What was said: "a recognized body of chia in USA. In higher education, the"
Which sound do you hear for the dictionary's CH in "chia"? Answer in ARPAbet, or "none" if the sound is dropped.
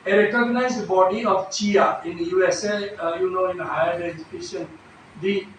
CH